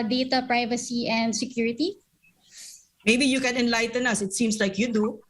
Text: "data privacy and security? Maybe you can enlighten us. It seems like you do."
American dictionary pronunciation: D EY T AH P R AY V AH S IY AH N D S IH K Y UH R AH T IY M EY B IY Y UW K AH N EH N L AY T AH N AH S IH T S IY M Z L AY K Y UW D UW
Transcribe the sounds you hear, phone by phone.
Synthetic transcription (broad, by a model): D EY T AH P R AY V AH S IY AH N D S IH K Y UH R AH T IY M EY B IY Y UW K AH N EH N L AY T AH N AH S IH T S IY M S L AY K Y UW D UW